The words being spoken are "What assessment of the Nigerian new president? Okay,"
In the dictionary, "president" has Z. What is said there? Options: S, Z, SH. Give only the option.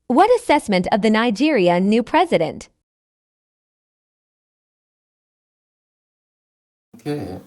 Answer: Z